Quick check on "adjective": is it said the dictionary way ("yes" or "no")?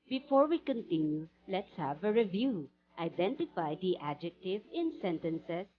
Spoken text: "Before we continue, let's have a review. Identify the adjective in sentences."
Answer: yes